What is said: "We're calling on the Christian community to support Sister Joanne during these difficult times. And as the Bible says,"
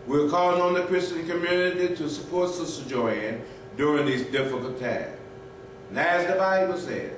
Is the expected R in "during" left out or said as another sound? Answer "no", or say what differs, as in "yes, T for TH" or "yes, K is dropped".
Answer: no